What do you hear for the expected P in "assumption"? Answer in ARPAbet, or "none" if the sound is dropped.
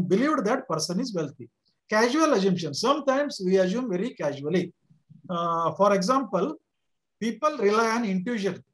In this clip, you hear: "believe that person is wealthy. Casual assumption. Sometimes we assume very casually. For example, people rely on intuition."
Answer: none